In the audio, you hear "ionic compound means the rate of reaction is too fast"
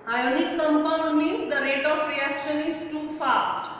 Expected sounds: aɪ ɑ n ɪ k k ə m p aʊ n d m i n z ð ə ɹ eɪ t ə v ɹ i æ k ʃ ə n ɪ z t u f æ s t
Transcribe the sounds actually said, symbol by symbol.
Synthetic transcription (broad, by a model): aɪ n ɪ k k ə m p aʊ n m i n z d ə ɹ eɪ t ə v ɹ i æ k ʃ ə n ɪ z t u f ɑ s t